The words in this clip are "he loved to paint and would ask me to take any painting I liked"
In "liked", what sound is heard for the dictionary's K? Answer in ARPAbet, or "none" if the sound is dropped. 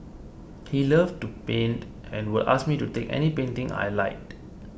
none